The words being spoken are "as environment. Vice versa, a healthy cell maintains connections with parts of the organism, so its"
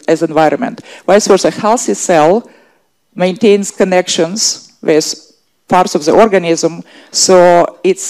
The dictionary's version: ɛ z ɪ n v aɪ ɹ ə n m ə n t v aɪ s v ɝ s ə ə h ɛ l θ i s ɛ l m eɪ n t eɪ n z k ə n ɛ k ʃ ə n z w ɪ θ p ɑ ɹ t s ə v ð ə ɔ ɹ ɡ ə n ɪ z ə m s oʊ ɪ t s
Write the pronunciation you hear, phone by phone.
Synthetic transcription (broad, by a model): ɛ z ɪ n v aɪ ɹ ə n m ə n t w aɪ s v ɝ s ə ə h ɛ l s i s ɛ l m eɪ n t eɪ n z k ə n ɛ k ʃ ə n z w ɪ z p ɑ ɹ t s ə v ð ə ɔ ɹ ɡ ə n ɪ z ə m s oʊ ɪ t s